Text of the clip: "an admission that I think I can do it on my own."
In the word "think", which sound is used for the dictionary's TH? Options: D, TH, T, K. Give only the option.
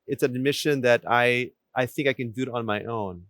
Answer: TH